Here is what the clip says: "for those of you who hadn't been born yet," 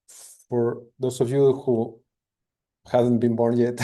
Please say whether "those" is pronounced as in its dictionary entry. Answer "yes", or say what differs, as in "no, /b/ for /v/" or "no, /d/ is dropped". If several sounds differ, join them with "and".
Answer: no, /s/ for /z/